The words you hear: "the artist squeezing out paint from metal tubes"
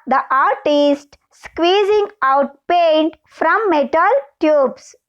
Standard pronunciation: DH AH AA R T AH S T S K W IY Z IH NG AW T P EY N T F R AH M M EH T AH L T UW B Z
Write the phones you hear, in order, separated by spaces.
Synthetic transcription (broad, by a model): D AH AA R T AH S T S K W IY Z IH NG AW T P EY N T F R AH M M EH T AH L T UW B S